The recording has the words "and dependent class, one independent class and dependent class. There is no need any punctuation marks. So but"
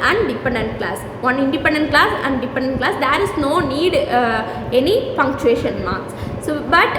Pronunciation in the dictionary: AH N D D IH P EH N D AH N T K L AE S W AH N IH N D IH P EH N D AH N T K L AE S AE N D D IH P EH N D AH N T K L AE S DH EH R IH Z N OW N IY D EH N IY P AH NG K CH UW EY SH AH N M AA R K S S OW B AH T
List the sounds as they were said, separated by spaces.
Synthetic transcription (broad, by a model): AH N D D IH P EH N D AH N T K L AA S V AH N IH N D IH P EH N D AH N T K L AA S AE N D D IH P EH N D AH N T K L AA S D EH R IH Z N OW N IY D EH N IY F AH NG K CH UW EY SH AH N M AA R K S S OW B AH T